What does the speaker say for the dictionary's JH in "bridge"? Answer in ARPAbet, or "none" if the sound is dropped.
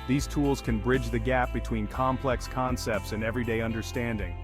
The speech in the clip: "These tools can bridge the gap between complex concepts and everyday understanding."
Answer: JH